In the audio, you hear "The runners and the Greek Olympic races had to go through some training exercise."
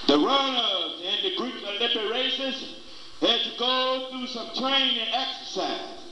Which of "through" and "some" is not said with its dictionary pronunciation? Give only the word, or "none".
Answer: none